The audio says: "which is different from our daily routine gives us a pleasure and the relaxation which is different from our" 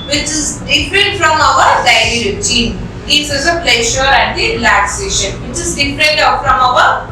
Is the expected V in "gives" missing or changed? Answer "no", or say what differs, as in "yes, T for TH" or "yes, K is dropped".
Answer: yes, V is dropped